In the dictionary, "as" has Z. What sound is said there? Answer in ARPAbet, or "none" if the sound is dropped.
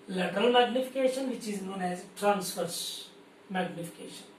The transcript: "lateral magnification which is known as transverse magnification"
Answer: Z